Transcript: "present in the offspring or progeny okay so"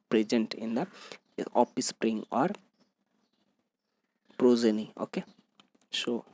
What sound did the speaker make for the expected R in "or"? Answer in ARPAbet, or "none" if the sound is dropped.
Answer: R